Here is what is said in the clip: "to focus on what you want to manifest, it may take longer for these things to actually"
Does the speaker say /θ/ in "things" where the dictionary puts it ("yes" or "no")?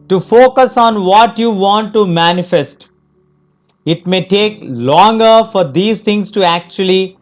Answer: no